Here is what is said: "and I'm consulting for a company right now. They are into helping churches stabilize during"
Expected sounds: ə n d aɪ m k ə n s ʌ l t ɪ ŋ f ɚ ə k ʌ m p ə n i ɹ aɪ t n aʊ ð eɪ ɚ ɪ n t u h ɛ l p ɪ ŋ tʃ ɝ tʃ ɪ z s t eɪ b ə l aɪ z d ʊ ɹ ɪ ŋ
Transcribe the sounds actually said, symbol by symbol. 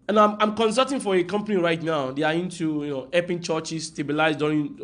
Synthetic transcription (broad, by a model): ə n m aɪ m k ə n s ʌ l t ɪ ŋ f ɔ ə k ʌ m p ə n i ɹ aɪ t n aʊ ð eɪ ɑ ɪ n t u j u n p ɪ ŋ tʃ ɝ tʃ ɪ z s t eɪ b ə l aɪ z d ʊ ɹ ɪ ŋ